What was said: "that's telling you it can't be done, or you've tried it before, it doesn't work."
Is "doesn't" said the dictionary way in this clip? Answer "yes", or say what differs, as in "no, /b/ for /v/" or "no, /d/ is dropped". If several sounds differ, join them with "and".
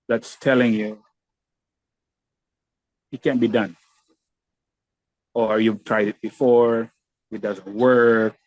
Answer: yes